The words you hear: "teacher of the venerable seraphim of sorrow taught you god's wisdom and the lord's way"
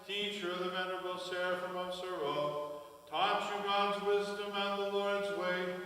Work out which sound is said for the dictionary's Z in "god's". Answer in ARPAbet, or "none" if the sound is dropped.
Z